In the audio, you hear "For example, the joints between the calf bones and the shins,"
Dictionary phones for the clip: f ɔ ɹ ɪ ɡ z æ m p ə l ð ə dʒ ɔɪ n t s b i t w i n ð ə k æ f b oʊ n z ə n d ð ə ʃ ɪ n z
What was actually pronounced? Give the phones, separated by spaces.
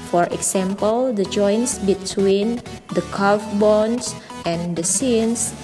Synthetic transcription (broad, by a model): f ɔ ɹ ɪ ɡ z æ m p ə l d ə dʒ ɔɪ n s b i t w i n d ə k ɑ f b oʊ n s ə n d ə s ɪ n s